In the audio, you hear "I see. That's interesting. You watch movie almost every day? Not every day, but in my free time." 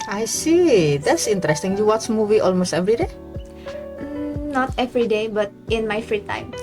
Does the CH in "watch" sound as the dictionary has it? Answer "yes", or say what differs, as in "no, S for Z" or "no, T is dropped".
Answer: no, S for CH